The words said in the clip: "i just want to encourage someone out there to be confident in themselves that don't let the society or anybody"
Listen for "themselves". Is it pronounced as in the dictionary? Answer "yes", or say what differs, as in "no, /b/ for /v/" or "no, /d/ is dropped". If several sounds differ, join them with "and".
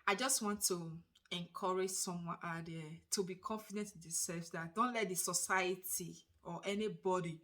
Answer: no, /m/ is dropped